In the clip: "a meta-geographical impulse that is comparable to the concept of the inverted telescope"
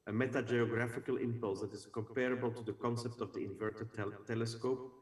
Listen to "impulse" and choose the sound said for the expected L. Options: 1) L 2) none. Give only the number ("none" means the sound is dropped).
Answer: 1